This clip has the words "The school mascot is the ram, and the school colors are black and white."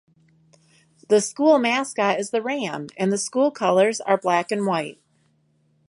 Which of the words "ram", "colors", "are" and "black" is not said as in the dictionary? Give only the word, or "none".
none